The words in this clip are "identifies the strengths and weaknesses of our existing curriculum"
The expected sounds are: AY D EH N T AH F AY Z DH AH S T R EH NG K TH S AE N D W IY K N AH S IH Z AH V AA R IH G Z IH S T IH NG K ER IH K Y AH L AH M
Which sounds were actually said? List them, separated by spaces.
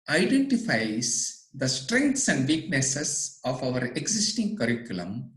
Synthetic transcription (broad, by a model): AY D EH N T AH F AY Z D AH S T R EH NG K T S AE N D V IY K N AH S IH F AH V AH R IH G S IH S T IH NG K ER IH K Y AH L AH M